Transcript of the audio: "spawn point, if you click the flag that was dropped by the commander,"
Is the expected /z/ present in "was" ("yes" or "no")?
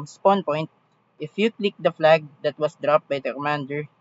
no